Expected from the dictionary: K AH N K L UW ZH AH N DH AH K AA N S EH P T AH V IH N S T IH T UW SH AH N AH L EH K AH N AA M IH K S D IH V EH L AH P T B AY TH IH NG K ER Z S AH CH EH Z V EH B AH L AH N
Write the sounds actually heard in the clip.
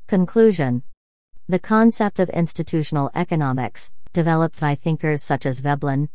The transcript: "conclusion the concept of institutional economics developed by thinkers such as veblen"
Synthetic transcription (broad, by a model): K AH N K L UW ZH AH N DH AH K AA N S EH P T AH V IH N S T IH T UW SH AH N L EH K AH N AA M IH K S D IH V EH L AH P T B AY TH IH NG K ER Z S AH CH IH Z V EH B L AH N